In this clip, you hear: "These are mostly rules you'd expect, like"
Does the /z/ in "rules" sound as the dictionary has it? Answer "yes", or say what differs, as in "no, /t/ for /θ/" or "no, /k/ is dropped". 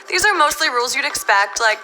yes